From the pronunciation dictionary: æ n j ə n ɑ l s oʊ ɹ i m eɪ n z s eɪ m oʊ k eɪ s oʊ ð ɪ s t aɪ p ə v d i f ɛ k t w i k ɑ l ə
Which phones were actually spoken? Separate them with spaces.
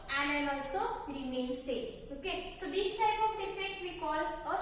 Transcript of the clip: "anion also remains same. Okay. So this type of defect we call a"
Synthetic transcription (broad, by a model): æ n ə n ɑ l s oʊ ɹ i m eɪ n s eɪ oʊ k eɪ s oʊ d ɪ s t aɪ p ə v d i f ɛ t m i k ɑ l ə